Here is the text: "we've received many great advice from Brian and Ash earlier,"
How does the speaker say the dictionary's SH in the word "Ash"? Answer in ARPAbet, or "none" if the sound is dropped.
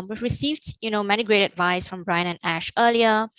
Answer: SH